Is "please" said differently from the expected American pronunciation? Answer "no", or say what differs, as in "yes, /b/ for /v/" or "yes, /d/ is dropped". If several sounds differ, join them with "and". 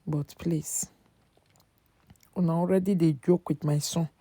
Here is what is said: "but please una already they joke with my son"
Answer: yes, /s/ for /z/